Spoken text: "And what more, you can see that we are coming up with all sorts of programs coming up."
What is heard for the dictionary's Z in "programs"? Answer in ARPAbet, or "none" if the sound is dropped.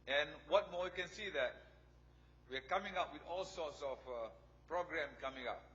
none